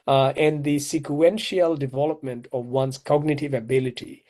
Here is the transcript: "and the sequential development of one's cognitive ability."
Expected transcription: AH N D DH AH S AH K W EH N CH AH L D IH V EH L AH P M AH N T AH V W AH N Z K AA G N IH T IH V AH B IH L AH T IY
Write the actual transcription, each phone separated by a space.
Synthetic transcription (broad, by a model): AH N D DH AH S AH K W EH N SH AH L D IH V EH L AH P M AH N T AH V W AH N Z K AA G N IH T IH V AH B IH L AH T IY